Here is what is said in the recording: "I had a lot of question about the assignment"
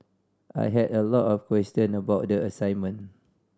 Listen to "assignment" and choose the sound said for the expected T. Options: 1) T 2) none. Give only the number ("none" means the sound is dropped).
2